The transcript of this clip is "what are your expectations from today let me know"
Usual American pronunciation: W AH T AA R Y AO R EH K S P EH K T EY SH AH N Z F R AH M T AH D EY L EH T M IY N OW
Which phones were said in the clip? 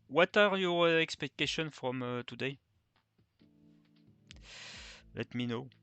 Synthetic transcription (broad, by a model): W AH T AA R Y AO R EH K S P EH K T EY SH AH N F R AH M T AH D EY L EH T M IY N OW